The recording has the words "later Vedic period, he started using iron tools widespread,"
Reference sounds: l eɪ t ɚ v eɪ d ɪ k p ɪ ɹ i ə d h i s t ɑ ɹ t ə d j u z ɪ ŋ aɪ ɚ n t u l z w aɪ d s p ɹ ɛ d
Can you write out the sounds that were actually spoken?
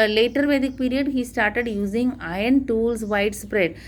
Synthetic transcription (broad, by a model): l eɪ t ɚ v eɪ d ɪ k p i ɹ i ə d h i s t ɑ ɹ t ə d j u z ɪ ŋ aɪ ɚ n t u l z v aɪ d s p ɹ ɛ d